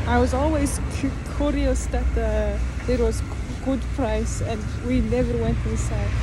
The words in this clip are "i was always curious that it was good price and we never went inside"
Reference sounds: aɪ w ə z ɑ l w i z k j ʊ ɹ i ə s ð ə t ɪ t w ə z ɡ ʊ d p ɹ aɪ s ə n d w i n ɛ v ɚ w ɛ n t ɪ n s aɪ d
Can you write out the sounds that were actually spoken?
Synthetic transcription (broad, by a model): aɪ w ə z ɑ l w i z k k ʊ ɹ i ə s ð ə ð ɪ t w ə z ɡ ʊ d p ɹ aɪ s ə n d w i n ɛ v ɚ w ɛ n t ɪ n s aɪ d